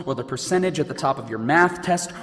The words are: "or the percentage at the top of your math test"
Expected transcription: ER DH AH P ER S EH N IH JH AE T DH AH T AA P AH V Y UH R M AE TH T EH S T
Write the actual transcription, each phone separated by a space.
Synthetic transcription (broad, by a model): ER DH AH P ER S EH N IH JH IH T DH AH T AA P AH V Y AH R M AE TH T EH S T